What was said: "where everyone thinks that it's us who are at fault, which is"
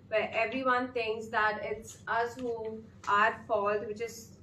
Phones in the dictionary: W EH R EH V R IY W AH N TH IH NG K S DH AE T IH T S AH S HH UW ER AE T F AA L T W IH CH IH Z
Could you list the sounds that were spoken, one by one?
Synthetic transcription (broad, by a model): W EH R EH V R IY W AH N T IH NG K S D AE T IH T S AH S HH UW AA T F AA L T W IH CH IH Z